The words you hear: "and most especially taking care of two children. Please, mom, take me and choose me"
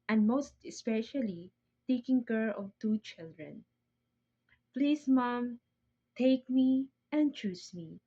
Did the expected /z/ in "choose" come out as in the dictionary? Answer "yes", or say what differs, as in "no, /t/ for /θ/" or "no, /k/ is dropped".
no, /s/ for /z/